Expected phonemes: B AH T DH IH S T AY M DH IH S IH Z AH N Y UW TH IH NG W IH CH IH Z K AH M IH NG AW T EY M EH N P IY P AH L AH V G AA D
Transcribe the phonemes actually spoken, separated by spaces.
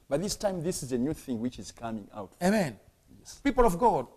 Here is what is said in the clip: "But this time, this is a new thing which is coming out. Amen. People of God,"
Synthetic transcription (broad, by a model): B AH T DH IH S T AY M DH IH S IH Z AH N Y UW TH IH NG W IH CH IH Z K AH M IH NG AW T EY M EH N P IY P AH L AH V G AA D